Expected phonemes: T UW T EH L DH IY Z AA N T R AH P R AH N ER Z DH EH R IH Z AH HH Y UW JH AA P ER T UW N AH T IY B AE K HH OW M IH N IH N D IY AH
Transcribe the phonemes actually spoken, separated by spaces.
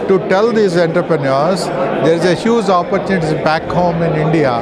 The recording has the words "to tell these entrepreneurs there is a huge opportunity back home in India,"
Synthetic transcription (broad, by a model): T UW T EH L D IY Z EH N T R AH P R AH N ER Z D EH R IH Z AH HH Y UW Z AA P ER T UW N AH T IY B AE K HH OW M IH N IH N D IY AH